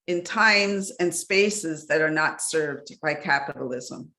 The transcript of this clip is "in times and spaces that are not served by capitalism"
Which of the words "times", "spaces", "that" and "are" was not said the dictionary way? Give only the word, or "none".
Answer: none